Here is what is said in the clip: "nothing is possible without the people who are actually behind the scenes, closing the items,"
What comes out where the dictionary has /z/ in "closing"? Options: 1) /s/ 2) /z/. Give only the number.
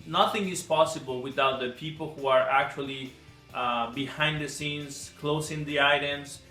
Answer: 1